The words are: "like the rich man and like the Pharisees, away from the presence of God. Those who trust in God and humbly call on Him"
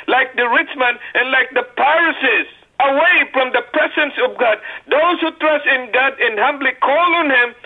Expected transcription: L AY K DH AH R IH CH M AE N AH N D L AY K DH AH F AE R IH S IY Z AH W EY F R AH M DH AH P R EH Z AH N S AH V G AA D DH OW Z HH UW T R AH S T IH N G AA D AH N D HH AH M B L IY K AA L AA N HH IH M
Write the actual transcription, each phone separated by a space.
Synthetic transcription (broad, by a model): L AY K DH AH R IH CH M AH N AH N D L AY K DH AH P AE R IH S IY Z AH W EY F R AH M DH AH P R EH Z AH N S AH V G AA D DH OW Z HH UW T R AH S T IH N G AA D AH N HH AH M B L IY K AA L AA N HH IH M